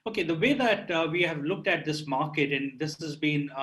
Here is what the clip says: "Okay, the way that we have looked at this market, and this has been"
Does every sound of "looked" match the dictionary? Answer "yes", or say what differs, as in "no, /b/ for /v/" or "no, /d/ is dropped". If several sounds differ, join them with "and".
yes